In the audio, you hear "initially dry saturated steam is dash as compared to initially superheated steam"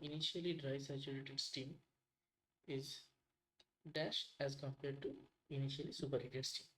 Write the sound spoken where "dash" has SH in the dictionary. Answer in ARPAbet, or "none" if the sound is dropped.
SH